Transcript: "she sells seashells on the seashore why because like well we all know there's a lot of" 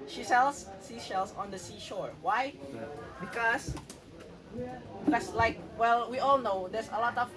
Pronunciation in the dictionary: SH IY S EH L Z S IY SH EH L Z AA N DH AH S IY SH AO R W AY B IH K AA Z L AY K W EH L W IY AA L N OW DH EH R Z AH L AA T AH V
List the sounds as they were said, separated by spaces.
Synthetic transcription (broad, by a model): SH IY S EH L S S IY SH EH L S AA N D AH S IY SH AO R W AY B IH K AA S L AY K W EH L W IY AA L N OW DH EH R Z AH L AA T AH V